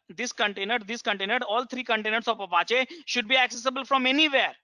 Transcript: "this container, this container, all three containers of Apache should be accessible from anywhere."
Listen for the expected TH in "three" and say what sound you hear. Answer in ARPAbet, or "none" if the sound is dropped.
T